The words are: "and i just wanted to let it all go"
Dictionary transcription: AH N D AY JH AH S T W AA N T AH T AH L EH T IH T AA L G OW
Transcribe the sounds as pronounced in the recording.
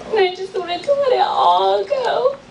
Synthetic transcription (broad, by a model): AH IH JH AH S T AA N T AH S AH L EH T IH T AA L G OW